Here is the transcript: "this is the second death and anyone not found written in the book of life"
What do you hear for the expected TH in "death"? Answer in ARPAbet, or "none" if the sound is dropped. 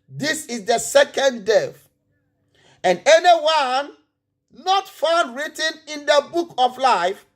F